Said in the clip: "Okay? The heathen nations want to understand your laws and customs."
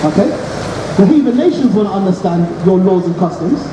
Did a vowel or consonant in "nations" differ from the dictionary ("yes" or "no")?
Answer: no